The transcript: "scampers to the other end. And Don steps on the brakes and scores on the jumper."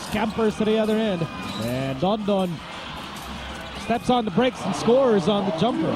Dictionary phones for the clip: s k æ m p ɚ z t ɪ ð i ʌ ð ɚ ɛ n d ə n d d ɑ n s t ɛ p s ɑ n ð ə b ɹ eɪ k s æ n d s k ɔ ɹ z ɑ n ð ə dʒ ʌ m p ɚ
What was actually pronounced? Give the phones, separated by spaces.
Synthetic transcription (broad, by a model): s k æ m p ɚ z t ɪ ð i ʌ ð ɚ ɛ n d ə n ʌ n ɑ n s t ɛ p s n ð ə b ɹ eɪ k s n s k ɔ ɹ z n ð ə dʒ ʌ m p ɚ